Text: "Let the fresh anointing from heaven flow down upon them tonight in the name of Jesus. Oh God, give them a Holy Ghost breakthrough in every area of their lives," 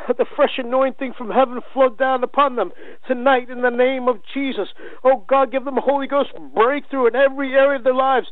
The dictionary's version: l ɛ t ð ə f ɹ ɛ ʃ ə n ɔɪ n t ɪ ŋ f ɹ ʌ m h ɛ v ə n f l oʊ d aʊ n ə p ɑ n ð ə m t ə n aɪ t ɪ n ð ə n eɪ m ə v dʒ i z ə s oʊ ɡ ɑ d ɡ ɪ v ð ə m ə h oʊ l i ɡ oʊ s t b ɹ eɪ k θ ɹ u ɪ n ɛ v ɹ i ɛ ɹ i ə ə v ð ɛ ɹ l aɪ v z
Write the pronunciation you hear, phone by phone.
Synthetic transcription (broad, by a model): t ð ə f ɹ ɛ ʃ ə n ɔɪ n t ɪ ŋ f ɹ ʌ m h ɛ v ə n f l oʊ d aʊ n ə p ɑ n ð ə m t ə n aɪ t ɪ n ð ə n eɪ m ə v dʒ i z ə s oʊ ɡ ɑ d ɡ ɪ v ð ə m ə h oʊ l i ɡ oʊ s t b ɹ eɪ k θ ɹ u ɪ n ɛ v ɹ i ɛ ɹ i ə ə v ð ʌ ɹ l aɪ v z